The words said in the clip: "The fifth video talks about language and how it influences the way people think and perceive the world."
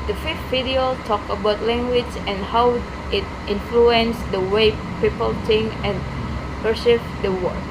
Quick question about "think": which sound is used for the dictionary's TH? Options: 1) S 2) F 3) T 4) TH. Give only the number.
3